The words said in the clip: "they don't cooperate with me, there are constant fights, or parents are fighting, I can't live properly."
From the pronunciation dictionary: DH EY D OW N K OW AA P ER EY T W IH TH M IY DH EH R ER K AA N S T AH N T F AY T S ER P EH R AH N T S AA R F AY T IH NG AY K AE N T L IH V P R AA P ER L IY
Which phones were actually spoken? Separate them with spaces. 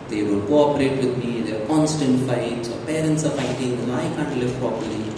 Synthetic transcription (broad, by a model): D EY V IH L K OW AA P ER EY T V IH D M IY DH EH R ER K AA N S T AH N T F AY T S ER P EH R AH N T S AA R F AY T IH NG AY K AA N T L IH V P R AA P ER L IY